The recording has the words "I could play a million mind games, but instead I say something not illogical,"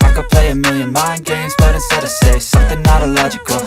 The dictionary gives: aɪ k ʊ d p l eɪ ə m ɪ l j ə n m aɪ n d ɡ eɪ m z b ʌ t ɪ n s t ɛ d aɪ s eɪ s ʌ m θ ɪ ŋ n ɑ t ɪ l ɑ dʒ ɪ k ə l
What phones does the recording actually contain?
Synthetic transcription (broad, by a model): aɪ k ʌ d p l eɪ ə m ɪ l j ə n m aɪ n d ɡ eɪ m z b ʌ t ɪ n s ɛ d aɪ s eɪ s ʌ m θ ɪ ŋ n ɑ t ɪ l ɑ dʒ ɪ k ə l